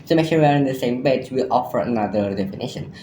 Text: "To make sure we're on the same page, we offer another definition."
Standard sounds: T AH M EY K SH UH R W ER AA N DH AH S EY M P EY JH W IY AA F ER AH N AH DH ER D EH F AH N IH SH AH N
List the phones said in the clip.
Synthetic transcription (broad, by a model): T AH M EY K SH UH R W ER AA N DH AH S EY M B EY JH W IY AA F ER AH N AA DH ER D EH F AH N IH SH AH N